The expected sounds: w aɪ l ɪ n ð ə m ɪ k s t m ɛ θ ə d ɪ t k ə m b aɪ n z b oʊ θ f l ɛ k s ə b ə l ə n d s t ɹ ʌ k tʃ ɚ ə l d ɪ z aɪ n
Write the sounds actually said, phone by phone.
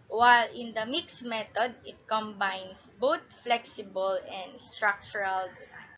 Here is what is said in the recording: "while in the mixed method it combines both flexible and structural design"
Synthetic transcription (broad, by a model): w aɪ l ɪ n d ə m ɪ k s m ɛ t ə d ɪ t k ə m b aɪ n s b oʊ t f l ɛ k s ə b ə l ə n d s t ɹ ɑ k tʃ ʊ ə l d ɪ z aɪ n